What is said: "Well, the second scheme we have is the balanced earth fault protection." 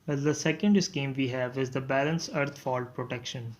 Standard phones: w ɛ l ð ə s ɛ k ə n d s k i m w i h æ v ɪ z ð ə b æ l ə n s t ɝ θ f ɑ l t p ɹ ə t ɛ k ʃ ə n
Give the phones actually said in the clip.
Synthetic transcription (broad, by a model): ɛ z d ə s ɛ k ə n d s k i m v i h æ v ɪ z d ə b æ l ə n s ɝ t f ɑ l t p ɹ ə t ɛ k ʃ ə n